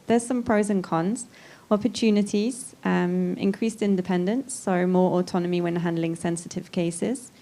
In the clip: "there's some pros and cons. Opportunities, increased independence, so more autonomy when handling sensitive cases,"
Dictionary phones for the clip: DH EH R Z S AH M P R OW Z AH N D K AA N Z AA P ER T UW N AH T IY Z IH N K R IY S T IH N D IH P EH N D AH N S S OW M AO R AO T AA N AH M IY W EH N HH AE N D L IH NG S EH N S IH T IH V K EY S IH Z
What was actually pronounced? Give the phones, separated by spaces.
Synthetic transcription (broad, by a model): DH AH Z S AH M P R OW Z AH N K AA N Z AA P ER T UW N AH T IY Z IH N K R IY S T IH N D IH P EH N D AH N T S OW M AO R AO T AA N AH M IY W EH N HH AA N D L IH NG S EH N S IH T IH V K EY S IH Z